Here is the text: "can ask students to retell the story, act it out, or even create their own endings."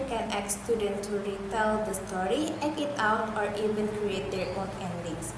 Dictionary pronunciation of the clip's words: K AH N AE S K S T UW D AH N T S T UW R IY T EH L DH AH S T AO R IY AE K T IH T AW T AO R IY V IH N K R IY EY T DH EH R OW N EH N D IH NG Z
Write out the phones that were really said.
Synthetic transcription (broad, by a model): K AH N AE K S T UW D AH N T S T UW R IY T EH L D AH S T AO R IY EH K IH T AW T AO R IY V IH N K R IY EY T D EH R OW N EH N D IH NG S